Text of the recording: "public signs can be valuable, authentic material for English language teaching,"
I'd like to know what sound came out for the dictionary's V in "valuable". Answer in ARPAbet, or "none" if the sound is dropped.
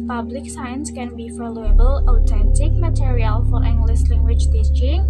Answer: F